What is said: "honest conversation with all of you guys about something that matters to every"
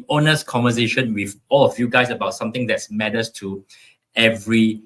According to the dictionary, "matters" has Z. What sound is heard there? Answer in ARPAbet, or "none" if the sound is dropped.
S